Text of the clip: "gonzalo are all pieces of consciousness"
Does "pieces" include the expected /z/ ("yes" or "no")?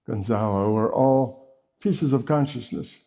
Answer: yes